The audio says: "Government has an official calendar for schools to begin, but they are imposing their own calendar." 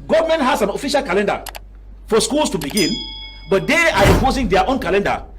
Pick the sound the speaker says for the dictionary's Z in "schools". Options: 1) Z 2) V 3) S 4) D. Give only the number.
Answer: 3